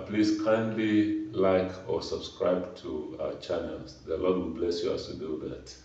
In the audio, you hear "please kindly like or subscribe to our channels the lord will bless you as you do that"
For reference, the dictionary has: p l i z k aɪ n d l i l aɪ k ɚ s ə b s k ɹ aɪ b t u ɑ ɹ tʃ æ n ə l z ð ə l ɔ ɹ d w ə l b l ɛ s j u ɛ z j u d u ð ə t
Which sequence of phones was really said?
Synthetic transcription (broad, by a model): p l i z k aɪ n d l i l aɪ k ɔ s ə b s k ɹ aɪ b t u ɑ tʃ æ n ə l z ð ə l ɔ d w ə l b l ɛ s j u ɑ s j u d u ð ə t